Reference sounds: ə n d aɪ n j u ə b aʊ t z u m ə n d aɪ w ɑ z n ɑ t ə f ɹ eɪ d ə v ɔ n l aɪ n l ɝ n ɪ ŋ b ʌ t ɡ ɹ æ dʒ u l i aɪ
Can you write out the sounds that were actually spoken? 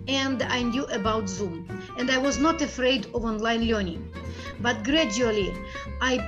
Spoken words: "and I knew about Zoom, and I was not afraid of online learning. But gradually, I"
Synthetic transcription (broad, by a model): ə n d aɪ n j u ə b aʊ t z u m ə n d aɪ w ɑ z n ɑ t ə f ɹ eɪ d ə v ɔ n l aɪ n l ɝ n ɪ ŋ b ʌ t ɡ ɹ æ dʒ u l i aɪ